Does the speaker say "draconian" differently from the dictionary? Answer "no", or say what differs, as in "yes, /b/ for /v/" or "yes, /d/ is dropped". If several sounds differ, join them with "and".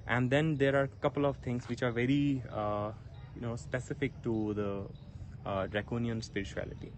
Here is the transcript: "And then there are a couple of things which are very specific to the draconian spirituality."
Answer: no